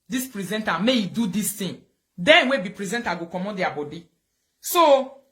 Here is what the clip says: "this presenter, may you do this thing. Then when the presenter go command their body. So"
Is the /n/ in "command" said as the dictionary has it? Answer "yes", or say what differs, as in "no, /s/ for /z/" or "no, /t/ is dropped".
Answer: no, /n/ is dropped